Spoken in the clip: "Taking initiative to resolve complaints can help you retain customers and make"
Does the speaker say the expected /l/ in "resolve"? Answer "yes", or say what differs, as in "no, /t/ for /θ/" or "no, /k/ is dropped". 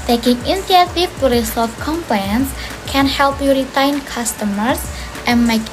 no, /l/ is dropped